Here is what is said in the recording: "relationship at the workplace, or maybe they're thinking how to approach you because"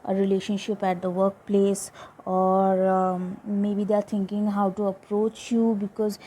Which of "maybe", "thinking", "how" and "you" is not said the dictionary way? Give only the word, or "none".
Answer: thinking